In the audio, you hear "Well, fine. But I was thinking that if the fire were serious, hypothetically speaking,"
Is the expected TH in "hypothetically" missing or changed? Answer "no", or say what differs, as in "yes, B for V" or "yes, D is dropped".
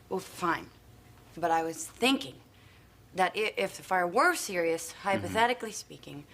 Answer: no